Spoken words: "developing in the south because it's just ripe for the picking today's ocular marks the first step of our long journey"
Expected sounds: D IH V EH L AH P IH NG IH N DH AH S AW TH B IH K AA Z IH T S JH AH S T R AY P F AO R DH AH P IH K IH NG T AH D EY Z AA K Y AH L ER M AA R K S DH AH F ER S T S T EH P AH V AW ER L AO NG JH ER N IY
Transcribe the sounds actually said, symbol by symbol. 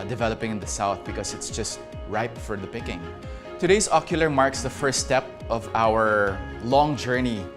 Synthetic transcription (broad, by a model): D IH V EH L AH P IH NG IH N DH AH S AW TH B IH K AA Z IH T S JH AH S T R AY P F AO R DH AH P IH K IH NG T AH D EY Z AA K Y AH L ER M AA R K S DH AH F ER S S T EH P AH V AW ER L AO NG JH ER N IY